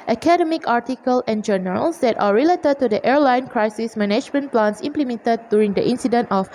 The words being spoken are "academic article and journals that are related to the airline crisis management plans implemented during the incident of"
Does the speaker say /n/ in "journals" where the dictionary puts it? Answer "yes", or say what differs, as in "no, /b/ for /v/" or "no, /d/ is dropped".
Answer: no, /n/ is dropped